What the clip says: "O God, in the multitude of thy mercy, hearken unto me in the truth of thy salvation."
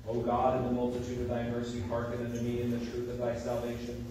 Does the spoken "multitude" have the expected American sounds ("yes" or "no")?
yes